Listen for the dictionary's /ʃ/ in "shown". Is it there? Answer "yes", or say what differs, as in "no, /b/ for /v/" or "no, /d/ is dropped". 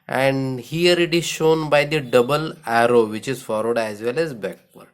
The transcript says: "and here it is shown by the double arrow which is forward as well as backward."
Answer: yes